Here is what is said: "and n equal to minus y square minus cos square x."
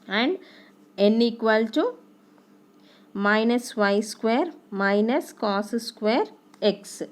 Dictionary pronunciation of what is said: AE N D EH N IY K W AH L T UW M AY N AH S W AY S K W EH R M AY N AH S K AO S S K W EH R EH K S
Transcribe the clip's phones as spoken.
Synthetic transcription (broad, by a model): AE N D EH N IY K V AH L T UW M AY N AH S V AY S K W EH R M AY N AH S K AO S S K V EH R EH K S